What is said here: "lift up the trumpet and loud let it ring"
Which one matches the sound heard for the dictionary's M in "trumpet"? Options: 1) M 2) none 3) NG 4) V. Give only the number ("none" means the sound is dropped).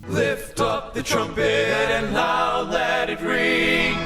1